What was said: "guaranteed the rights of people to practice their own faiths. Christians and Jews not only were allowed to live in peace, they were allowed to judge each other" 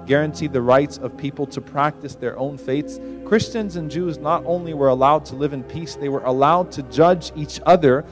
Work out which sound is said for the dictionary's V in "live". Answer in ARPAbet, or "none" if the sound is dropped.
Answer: V